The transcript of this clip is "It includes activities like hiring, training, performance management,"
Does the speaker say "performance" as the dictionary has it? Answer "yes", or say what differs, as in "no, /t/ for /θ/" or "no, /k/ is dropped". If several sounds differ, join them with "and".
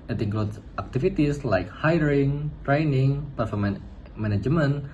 no, /s/ is dropped